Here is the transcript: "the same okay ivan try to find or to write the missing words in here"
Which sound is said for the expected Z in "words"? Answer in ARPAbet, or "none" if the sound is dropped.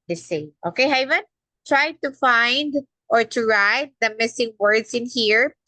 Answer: S